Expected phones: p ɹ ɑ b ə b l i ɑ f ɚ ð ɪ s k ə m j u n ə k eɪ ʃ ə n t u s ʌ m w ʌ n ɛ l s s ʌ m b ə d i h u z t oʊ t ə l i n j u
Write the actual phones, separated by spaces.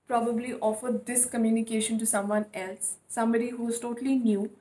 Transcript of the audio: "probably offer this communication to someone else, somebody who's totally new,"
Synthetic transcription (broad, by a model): p ɹ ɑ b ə b l i ɑ f ɚ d ɪ s k ə m j u n ə k eɪ ʃ ə n t u s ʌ m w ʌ n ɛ l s s ʌ m b ə d i h u z t oʊ t ə l i n j u